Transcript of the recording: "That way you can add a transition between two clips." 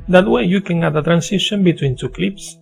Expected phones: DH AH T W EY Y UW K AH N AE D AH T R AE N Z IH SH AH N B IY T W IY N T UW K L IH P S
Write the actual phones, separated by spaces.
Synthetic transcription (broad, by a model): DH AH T W EY Y UW K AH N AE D AH T R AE N S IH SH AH N B IY T W IY N T UW K L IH P S